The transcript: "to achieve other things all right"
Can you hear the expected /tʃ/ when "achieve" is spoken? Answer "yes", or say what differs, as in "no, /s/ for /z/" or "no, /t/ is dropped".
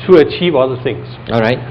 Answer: yes